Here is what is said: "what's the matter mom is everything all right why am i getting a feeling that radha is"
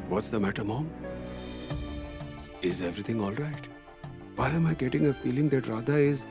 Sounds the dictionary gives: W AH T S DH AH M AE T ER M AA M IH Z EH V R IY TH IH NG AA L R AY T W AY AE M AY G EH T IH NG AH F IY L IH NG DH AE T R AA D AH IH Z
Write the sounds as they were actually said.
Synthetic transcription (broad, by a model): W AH T S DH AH M AE T ER M AA M IH Z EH V R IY T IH NG AA L R AY T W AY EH M AY G EH T IH NG AH F IY L IH NG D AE T R AA D AH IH Z